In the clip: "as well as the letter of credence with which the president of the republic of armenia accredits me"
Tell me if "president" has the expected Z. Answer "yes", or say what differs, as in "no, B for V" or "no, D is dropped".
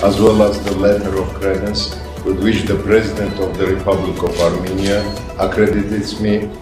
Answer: yes